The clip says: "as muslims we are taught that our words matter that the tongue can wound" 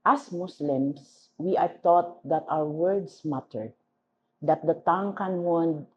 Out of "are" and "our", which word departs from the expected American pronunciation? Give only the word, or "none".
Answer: our